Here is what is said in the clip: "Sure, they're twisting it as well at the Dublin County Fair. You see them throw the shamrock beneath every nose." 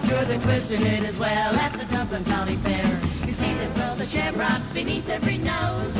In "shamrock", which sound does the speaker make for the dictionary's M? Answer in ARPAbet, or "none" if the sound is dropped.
none